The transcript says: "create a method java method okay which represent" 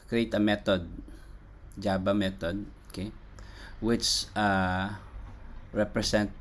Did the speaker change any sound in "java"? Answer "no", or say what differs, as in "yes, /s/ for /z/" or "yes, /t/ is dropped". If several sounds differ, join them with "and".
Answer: yes, /b/ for /v/